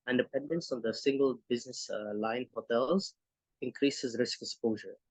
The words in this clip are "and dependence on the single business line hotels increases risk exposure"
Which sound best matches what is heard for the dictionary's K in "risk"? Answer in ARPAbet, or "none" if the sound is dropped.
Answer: K